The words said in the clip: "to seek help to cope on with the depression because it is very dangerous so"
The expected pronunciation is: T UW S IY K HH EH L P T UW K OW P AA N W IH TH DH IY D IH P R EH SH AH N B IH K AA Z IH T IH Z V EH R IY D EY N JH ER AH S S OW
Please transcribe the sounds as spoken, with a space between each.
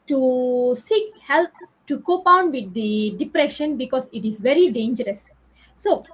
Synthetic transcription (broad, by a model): T UW S IY K HH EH L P T UW K OW P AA N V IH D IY D IH P R EH SH AH N B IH K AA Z IH T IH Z V EH R IY D EY N JH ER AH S S OW